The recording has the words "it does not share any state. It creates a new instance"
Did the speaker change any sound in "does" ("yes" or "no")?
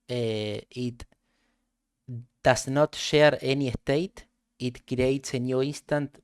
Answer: yes